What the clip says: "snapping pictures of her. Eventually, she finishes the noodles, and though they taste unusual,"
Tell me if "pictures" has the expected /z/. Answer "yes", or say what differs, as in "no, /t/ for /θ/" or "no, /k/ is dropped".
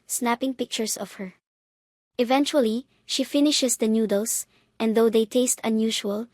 no, /s/ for /z/